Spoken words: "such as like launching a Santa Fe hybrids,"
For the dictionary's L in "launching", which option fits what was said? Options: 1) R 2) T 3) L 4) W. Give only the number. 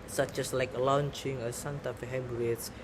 3